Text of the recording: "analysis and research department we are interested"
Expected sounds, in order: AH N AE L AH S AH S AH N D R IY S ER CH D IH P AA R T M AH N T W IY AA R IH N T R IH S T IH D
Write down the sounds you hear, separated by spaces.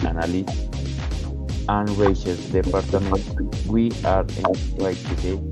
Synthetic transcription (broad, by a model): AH N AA L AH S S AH N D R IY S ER S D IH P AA R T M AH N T W IY AA R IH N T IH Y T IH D